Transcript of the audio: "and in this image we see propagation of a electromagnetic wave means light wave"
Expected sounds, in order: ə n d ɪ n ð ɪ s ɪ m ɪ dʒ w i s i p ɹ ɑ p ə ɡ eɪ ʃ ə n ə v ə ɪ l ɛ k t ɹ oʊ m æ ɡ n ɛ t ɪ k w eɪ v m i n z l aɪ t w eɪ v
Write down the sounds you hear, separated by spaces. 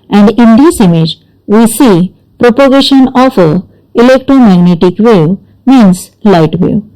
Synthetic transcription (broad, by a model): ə n d ɪ n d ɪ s ɪ m ɪ dʒ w i s i p ɹ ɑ p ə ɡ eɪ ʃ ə n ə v ə ɪ l ɛ k t ɹ oʊ m æ ɡ n ɛ t ɪ k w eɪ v m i n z l aɪ t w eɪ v